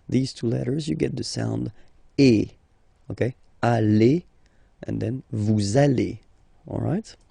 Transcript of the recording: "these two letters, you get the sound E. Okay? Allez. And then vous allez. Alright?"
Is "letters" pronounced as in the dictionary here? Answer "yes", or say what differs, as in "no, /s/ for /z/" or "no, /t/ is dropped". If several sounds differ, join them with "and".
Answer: yes